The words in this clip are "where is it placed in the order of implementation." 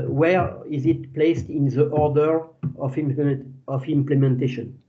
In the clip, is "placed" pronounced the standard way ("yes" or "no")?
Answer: yes